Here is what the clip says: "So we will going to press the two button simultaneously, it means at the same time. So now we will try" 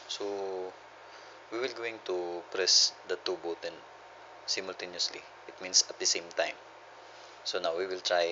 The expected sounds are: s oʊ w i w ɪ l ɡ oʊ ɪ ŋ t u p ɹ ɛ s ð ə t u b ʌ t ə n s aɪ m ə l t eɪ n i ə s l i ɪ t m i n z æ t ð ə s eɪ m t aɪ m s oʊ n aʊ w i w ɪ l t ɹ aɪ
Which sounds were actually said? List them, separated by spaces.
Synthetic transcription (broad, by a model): s oʊ w i w ɪ l ɡ oʊ ɪ ŋ t u p ɹ ɛ s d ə t u b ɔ t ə n s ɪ m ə l t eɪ n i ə s l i ɪ t m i n s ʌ t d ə s eɪ m t aɪ m s oʊ n aʊ w i w ɪ l t ɹ aɪ